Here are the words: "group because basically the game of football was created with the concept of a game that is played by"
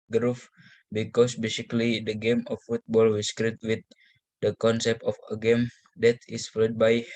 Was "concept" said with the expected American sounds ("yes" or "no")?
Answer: yes